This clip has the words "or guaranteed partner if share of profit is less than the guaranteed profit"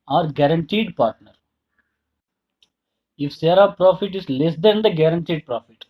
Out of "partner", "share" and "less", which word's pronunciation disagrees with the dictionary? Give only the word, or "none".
share